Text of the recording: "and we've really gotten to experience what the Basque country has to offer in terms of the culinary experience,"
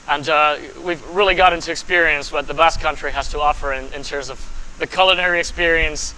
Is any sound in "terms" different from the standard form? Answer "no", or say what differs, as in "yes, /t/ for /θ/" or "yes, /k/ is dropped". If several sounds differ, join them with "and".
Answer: no